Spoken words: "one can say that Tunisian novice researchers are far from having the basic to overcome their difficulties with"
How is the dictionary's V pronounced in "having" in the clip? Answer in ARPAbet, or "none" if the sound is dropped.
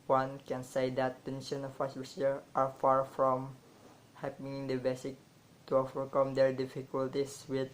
P